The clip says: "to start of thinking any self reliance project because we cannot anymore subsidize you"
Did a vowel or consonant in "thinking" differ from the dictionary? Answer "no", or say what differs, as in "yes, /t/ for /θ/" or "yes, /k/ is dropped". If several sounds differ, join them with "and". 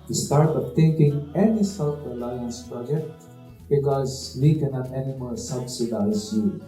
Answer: yes, /t/ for /θ/